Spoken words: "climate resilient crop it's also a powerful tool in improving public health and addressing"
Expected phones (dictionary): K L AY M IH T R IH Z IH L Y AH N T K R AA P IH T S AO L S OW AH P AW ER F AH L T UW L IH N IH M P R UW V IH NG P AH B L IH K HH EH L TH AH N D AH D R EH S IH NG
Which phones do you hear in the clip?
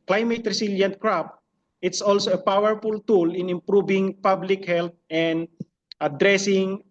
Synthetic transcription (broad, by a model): K L AY M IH T R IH S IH L Y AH N T K R AA P IH T S AO L S OW AH P AW ER F AH L T UW L IH N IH M P R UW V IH NG P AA B L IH K HH EH L T AH N D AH D R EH S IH NG